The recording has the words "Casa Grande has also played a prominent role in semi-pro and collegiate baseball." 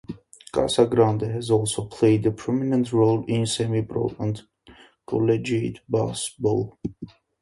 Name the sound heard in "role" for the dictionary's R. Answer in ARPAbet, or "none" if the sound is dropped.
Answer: R